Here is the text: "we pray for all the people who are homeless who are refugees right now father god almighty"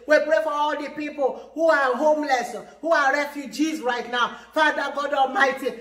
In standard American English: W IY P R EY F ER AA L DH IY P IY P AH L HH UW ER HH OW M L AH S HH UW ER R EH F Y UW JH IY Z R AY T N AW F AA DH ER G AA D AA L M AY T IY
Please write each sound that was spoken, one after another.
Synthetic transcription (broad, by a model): W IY P R EY F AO AA L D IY P IY P AH L HH UW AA HH OW M L AH S HH UW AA R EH F Y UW JH IY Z R AY T N AW F AA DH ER G AA D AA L M AY T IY